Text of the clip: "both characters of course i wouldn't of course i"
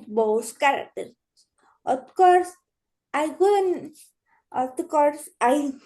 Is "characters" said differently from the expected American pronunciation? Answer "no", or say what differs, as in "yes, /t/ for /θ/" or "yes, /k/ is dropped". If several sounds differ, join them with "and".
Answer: yes, /z/ is dropped